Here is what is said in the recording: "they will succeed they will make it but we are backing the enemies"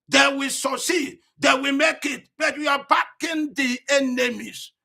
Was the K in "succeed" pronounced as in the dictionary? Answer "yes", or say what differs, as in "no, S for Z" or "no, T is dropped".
no, K is dropped